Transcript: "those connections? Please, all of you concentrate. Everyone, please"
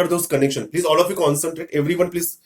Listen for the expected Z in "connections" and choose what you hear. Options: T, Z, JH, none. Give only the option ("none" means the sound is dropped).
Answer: none